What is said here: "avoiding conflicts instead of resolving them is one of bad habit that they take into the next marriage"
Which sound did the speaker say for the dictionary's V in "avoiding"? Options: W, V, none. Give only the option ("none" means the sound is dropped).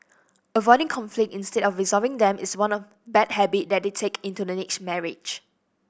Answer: V